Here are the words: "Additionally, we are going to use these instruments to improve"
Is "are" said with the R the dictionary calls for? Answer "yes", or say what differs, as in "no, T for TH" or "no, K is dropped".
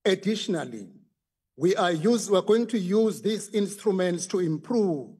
no, W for R